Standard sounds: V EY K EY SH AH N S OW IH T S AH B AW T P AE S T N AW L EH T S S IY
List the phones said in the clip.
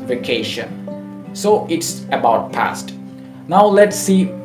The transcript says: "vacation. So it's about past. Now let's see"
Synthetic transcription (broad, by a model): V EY K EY SH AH N S OW IH T S AH B AW T P AE S T N AW L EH T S S IY